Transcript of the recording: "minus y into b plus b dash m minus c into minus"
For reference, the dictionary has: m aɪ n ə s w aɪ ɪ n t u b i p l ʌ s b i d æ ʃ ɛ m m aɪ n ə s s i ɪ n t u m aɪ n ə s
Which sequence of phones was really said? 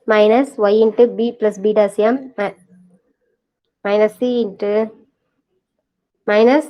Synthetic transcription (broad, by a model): m aɪ n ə s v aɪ ɪ n t u b i p l ʌ s b i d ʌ s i m m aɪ n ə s s i ɪ n t u m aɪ n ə s